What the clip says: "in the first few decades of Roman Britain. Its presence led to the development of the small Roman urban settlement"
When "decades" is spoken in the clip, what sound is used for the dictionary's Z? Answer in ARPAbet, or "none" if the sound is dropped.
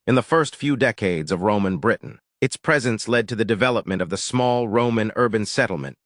Z